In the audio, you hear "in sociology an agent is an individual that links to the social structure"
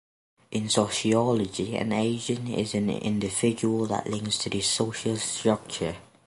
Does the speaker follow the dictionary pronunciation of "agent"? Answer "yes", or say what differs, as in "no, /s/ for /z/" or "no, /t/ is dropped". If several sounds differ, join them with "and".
no, /ʒ/ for /dʒ/ and /t/ is dropped